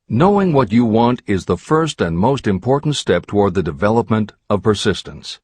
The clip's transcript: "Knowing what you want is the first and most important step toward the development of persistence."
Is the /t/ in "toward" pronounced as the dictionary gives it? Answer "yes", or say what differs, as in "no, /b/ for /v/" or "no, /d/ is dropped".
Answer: yes